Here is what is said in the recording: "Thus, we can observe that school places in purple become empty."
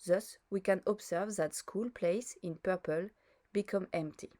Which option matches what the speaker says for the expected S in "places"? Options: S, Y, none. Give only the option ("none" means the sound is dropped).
none